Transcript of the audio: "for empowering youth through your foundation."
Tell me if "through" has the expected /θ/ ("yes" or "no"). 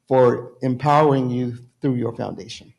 yes